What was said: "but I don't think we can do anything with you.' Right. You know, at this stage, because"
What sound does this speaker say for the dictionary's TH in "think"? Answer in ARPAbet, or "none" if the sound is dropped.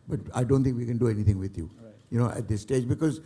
T